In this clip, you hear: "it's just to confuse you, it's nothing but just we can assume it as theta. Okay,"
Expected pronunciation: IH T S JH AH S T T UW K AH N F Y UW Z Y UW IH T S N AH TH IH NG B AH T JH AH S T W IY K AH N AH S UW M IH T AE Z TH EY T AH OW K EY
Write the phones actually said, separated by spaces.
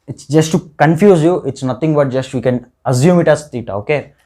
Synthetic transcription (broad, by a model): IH T S JH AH S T T UW K AH N F Y UW Z Y UW IH T S N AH T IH NG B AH T JH AH S T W IY K AH N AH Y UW M IH T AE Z T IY T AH OW K EY